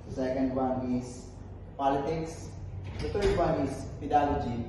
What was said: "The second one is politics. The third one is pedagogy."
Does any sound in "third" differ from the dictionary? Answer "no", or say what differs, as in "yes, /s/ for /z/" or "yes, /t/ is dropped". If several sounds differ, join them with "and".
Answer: yes, /t/ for /θ/